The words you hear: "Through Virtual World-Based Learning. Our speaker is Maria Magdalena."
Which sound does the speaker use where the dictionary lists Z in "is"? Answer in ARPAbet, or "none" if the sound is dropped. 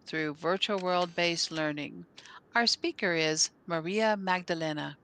Z